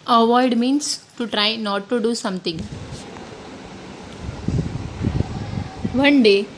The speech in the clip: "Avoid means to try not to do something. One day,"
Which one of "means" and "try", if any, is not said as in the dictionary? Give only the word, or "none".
means